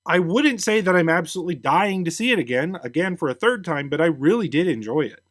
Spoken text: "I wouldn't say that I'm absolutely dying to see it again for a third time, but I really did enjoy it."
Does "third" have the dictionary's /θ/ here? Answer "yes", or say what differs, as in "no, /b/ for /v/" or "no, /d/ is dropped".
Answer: yes